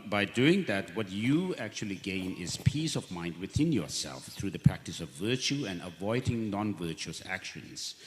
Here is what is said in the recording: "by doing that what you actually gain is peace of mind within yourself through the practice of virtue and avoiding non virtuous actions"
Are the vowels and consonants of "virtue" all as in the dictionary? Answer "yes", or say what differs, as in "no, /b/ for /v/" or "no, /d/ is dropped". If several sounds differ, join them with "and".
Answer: yes